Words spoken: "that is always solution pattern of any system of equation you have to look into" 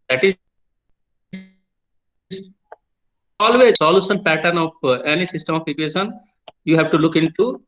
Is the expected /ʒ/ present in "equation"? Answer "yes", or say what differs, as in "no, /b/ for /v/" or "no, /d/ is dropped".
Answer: no, /ʃ/ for /ʒ/